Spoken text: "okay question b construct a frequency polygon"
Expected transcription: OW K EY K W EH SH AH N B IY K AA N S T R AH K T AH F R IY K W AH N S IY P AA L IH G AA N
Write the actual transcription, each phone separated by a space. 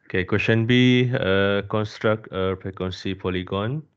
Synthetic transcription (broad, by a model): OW K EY K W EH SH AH N B IY K AA N S T R AH K T AH P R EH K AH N S IY P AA L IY G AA N